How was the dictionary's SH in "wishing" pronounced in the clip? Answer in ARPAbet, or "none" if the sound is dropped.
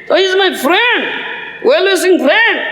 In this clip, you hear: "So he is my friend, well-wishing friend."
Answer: S